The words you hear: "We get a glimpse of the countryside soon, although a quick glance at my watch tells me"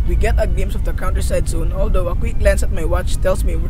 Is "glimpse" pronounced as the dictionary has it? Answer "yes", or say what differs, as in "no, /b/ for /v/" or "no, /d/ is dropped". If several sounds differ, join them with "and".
no, /p/ is dropped